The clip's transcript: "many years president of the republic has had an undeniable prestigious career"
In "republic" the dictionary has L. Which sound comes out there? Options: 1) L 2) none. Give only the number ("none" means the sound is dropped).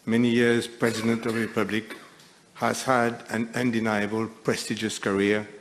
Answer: 1